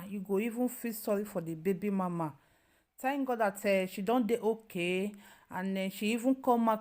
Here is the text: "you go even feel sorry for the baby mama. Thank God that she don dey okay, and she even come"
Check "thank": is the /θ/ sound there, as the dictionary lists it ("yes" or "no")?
no